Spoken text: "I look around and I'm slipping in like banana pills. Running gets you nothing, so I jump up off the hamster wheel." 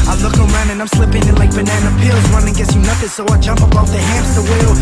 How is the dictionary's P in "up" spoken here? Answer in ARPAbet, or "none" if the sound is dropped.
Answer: B